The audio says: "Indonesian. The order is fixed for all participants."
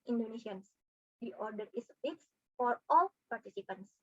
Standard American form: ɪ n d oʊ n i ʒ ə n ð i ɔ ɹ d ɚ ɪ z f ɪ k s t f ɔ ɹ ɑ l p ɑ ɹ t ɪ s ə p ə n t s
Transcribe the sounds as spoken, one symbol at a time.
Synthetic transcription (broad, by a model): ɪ n d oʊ n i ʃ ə n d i ɔ ɹ d ɚ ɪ s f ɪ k s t f ɔ ɹ ɑ l p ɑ ɹ t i s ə p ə n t s